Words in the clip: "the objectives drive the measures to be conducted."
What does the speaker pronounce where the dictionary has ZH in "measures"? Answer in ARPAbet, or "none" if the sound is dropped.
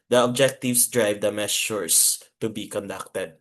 S